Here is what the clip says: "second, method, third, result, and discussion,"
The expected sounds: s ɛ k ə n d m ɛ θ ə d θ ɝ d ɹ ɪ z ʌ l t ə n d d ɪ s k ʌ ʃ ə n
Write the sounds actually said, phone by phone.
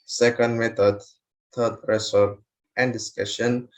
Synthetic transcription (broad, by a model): s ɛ k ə n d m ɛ t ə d t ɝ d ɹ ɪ s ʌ t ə n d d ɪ s k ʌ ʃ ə n